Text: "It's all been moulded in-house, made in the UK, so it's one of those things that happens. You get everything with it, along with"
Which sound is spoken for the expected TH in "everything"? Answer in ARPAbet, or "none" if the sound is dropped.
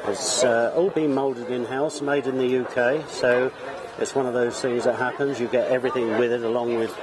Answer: TH